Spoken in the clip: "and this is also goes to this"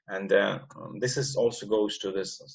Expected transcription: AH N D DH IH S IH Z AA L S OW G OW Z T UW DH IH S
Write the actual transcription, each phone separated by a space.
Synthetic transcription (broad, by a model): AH N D DH IH S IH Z AA L S OW G OW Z T UW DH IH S